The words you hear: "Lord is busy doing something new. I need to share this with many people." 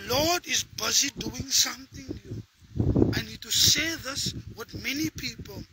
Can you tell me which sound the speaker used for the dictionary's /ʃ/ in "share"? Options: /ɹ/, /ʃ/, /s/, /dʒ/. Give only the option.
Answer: /s/